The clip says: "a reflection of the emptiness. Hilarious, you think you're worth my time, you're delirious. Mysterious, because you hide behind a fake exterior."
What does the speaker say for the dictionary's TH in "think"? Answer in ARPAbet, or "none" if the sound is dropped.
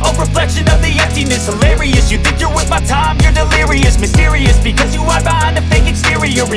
TH